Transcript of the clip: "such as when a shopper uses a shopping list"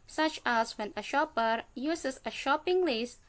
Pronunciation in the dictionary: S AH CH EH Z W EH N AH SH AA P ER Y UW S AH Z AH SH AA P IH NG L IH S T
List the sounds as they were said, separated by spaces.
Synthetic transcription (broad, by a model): S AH CH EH S W EH N AH SH AA P ER Y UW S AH S AH SH AA P IH NG L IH S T